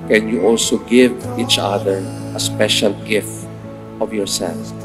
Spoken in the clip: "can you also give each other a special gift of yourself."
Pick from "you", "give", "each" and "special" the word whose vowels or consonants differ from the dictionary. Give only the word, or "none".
none